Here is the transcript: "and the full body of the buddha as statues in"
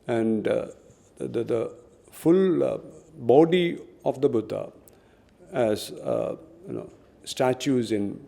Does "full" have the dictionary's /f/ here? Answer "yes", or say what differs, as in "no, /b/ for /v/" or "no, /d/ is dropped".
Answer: yes